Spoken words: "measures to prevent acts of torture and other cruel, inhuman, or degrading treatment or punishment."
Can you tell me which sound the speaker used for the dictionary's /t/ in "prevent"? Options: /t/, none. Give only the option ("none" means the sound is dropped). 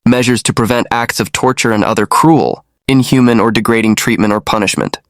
/t/